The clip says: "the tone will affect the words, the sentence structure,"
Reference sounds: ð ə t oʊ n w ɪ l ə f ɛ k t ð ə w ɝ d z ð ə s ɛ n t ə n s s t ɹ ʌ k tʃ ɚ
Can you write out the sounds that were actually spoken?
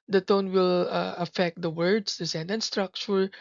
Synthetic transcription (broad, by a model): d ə t oʊ n w ɪ l ə f ɛ k t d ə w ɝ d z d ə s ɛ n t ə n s s t ɹ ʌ k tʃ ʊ